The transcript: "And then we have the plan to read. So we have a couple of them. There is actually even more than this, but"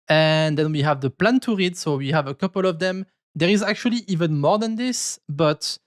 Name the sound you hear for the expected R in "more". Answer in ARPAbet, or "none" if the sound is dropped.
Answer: R